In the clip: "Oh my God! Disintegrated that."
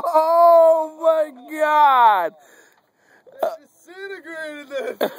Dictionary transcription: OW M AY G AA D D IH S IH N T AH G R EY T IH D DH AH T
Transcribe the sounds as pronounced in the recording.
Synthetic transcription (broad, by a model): OW M AY G AA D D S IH T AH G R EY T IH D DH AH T